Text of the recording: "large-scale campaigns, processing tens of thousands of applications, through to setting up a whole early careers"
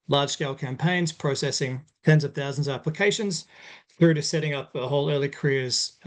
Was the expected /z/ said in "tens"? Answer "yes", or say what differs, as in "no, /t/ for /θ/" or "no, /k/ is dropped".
yes